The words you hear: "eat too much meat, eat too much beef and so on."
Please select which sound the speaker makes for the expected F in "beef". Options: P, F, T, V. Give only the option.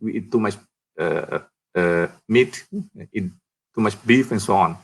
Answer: F